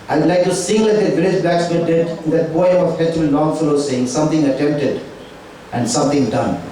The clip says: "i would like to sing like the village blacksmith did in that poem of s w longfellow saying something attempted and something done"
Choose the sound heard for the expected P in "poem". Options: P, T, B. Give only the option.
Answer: B